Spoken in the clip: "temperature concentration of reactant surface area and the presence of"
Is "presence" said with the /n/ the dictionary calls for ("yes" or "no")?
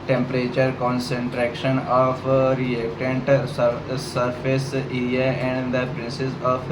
no